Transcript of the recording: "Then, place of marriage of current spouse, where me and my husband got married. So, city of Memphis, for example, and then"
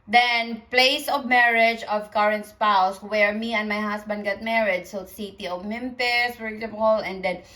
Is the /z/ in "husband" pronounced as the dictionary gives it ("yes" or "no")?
no